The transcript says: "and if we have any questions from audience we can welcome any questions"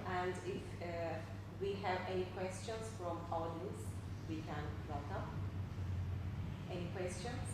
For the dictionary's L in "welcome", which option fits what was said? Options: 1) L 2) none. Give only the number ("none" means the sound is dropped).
2